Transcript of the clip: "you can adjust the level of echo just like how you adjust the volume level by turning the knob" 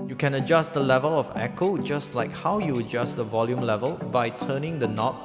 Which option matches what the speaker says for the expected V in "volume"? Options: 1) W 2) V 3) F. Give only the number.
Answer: 2